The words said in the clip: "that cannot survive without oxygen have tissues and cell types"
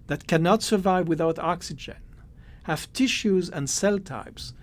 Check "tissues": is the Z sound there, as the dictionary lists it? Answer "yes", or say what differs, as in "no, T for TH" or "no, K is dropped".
yes